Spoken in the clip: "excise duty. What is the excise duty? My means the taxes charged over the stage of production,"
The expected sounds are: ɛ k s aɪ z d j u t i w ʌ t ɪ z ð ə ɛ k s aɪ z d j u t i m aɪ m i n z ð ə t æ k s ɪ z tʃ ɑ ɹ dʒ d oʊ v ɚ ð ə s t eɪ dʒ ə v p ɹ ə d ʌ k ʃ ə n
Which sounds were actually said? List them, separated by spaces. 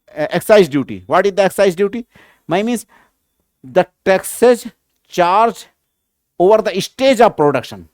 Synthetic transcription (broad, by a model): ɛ k s aɪ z d j u t i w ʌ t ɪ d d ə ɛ k s aɪ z d j u t i m aɪ m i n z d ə t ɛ k s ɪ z tʃ ɑ ɹ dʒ oʊ v ɚ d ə s t eɪ dʒ ə v p ɹ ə d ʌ k ʃ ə n